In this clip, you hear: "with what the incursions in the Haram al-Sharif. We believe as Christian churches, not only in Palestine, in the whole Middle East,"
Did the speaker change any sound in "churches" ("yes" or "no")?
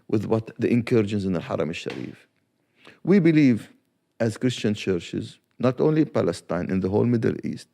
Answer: no